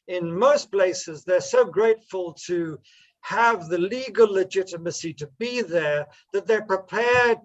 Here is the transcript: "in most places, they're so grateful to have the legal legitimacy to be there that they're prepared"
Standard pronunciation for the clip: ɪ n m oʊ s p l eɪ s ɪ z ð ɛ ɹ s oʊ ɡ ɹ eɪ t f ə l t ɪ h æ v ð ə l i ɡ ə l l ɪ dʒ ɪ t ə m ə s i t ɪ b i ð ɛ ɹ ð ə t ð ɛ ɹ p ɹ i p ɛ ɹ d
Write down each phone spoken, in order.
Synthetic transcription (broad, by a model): ɪ n m oʊ s p l eɪ s ɪ z ð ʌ ɹ s oʊ ɡ ɹ eɪ t f ə l t ɪ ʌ v ð ə l i ɡ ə l l ɪ dʒ ɪ t ə m ə s i t ɪ b i ð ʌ ɹ ð ə t ð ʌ ɹ p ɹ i p ɛ ɹ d